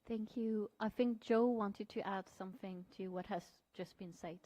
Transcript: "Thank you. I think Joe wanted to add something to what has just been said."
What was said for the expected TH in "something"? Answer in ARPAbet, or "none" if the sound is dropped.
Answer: TH